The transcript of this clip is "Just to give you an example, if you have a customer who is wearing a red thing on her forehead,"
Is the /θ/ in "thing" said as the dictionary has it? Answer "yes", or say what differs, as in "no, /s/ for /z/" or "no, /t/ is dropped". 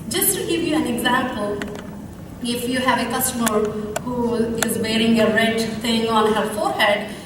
no, /t/ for /θ/